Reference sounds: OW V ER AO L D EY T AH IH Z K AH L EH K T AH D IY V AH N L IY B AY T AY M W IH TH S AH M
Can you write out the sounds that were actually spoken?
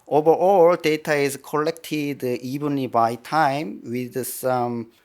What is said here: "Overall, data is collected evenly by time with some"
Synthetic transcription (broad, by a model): OW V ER AO L D EY T AH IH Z K AH L EH K T AH D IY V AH N IY B AY T AY M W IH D S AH M